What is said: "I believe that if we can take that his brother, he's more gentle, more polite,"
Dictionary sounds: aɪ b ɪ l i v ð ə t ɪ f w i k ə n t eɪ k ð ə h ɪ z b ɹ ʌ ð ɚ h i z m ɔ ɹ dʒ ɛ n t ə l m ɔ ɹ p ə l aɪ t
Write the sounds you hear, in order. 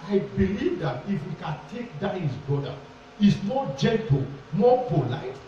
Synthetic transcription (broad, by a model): aɪ b ɪ l i v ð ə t ɪ f w i k ə n t eɪ k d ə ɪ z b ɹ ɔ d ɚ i s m ɔ dʒ ɛ n t ə l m ɔ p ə l aɪ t